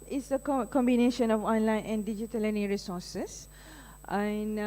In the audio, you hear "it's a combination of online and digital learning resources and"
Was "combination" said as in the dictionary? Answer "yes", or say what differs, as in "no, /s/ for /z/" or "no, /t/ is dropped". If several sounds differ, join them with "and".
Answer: yes